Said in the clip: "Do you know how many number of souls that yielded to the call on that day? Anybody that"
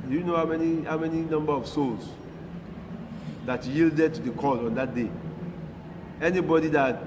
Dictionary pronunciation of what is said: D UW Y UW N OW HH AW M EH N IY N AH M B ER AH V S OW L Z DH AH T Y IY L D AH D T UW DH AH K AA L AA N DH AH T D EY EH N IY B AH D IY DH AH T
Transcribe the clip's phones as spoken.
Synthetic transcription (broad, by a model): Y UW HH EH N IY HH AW M EH N IY N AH M B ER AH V S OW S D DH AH T Y IY L D AH D T UW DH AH K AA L AA N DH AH T D EY EH N IY B AH D IY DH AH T